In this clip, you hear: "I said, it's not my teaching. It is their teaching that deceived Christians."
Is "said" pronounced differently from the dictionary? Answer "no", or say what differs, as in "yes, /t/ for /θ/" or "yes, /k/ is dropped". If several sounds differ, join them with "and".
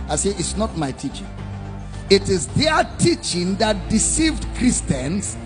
yes, /d/ is dropped